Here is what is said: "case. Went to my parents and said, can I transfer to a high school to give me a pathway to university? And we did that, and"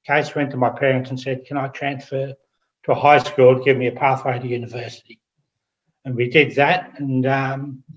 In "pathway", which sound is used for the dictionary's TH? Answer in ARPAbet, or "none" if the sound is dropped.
TH